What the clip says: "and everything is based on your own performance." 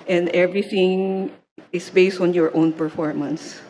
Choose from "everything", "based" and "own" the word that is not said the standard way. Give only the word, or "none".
none